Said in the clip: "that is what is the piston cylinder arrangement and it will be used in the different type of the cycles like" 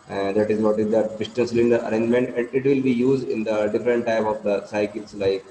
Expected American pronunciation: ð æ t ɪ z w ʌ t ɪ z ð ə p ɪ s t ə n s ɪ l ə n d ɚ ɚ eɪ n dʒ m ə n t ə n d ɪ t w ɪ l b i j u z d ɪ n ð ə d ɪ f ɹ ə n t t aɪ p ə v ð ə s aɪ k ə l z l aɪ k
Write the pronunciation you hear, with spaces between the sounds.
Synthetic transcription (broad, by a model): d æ t ɪ z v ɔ t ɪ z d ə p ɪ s t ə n s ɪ l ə n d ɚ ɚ eɪ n dʒ m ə n t ə n d ɪ t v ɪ l b i j u z d ɪ n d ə d ɪ f ɹ ə n t t aɪ p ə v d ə s aɪ k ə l s l aɪ k